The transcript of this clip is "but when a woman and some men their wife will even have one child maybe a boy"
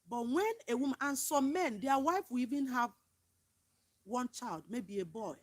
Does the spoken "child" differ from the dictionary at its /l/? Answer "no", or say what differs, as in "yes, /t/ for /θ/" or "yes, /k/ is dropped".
no